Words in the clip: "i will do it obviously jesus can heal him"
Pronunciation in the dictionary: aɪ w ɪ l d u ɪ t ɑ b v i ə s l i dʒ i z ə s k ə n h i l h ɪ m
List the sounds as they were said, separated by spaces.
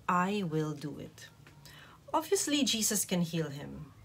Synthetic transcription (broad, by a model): aɪ w ɪ l d u ɪ t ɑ v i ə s l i dʒ i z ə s k ə n h i l h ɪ m